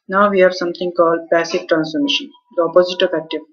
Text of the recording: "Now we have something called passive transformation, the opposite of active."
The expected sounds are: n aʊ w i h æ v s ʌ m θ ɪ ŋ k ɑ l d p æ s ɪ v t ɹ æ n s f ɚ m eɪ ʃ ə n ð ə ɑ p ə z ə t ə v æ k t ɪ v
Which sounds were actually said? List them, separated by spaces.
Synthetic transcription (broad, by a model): n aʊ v i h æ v s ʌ m t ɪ ŋ k ɑ l d p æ s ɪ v t ɹ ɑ n s f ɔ m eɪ ʃ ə n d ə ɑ p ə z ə t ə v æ k t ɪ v